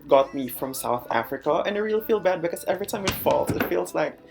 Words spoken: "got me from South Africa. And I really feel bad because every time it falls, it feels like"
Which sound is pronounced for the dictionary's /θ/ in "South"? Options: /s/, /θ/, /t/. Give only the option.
/θ/